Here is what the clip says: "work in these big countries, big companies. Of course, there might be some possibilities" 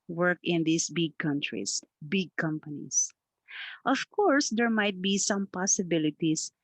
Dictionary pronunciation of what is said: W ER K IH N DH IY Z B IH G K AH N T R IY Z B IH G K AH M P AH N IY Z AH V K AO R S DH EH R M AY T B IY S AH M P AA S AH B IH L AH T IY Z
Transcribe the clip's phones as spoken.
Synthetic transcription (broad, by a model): W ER K IH N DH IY S B IH G K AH N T R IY S B IH G K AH M P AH N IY S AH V K AO R S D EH R M AY T B IY S AH M P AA S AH B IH L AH T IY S